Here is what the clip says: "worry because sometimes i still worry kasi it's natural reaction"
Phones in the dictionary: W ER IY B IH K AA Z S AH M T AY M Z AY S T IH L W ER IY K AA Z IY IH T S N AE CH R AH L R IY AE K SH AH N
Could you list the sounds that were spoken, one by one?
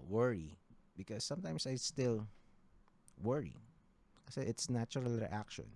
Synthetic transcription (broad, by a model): W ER IY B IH K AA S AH M T AY M S AY S T IH L W ER IY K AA S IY IH T S N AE CH R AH L R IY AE K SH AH N